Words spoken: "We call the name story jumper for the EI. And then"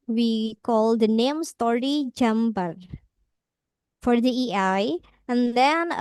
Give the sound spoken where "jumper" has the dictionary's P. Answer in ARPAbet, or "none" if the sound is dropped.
B